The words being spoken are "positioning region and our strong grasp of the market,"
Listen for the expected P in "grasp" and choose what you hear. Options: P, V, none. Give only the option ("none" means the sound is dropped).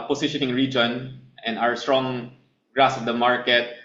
none